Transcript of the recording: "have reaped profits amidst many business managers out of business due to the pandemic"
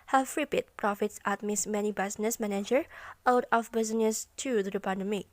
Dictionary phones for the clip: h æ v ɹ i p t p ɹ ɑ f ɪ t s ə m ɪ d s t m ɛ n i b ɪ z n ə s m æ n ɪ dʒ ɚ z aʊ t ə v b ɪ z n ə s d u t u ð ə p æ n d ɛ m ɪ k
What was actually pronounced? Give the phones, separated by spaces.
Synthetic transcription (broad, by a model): h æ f ɹ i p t p ɹ ɑ f ɪ t s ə m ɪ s m ɛ n i b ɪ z n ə s m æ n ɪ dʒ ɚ aʊ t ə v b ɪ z n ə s t u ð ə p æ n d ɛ m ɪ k